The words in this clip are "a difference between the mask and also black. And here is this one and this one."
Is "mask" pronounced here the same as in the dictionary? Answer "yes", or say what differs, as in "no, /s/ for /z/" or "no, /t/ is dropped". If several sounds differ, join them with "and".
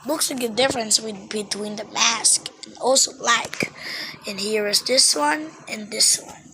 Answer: yes